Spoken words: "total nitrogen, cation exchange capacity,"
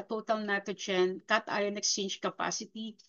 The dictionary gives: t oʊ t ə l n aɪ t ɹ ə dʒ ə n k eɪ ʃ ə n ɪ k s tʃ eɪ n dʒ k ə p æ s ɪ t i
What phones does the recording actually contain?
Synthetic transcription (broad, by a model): t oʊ t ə l n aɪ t ə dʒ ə n k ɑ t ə n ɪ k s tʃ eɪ n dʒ k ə p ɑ s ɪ t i